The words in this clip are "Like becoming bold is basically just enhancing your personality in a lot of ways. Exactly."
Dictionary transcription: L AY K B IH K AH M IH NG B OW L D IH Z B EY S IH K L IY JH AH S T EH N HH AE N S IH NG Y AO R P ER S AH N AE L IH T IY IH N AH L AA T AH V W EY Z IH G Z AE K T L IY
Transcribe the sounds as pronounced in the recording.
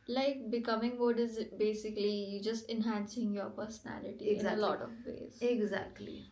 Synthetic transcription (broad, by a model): L AY K B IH K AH M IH NG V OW D IH Z B EY S IH K L IY JH AH S T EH N HH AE N S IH NG Y AO R P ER S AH N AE L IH T IY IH AH L AA T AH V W EY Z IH G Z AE K T L IY